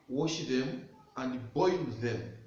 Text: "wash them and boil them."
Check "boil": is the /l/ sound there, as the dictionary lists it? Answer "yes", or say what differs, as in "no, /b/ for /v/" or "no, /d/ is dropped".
no, /w/ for /l/